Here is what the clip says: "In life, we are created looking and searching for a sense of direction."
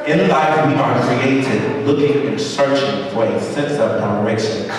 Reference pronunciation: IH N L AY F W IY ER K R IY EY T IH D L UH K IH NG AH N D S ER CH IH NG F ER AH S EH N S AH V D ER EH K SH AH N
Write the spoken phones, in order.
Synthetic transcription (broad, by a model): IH N L AY F W IY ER K R IY EY T IH D L UH K IH NG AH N S ER CH IH NG F ER AH S EH N S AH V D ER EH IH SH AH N